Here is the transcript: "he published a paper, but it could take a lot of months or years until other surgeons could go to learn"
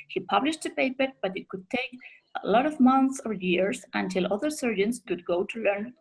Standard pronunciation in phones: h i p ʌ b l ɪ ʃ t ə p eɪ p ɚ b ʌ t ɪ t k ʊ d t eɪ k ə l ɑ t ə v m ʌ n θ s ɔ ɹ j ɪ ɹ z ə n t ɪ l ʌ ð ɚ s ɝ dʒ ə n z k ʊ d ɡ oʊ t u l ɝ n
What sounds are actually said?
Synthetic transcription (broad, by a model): h i p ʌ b l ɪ ʃ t ə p eɪ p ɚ b ʌ t ɪ t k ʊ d t eɪ k ə l ɑ t ə v m ʌ n θ s ɔ ɹ j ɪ ɹ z ə n t ɪ l ʌ ð ɚ s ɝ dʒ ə n s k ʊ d ɡ oʊ t u l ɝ n